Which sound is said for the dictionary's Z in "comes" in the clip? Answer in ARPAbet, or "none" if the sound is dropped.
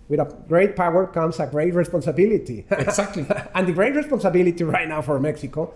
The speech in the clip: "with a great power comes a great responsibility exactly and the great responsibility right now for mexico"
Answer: S